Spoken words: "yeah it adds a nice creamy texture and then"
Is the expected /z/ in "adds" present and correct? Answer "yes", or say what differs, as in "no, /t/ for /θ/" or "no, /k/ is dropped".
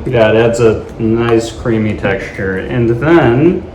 yes